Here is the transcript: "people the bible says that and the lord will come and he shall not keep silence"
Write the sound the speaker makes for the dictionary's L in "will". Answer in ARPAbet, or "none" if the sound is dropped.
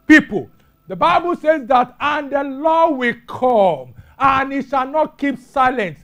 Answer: L